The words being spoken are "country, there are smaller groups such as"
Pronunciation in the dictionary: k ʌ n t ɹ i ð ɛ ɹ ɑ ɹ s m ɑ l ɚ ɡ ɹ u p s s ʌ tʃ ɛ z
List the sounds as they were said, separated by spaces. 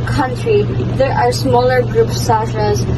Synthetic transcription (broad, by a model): k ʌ n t ɹ i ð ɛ ɹ ɑ ɹ s m ɑ l ɚ ɡ ɹ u p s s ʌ ʃ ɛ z